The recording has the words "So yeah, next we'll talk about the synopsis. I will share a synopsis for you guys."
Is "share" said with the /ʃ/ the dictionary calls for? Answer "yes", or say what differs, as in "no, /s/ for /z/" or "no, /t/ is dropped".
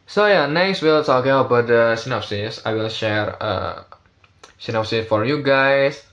yes